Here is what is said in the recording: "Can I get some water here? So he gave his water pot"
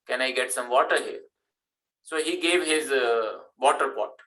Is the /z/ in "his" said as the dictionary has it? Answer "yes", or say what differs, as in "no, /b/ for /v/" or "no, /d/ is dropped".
yes